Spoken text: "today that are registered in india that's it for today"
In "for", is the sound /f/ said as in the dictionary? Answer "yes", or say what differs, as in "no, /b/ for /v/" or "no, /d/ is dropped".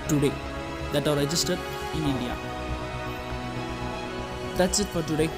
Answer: no, /p/ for /f/